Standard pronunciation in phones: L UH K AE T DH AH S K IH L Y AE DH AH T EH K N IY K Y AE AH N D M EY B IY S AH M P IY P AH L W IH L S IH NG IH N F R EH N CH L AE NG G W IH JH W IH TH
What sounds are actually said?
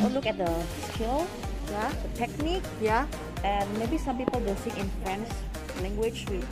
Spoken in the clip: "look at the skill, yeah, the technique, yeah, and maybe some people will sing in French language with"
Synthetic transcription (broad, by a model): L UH K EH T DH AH S K IH L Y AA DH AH T EH K N IY K Y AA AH N M EY B IY S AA M P IY P AH L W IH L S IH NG IH N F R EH N S L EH NG G W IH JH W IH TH